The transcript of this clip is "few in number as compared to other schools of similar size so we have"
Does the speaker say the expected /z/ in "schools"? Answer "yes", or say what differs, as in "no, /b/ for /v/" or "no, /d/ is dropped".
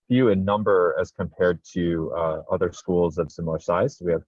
yes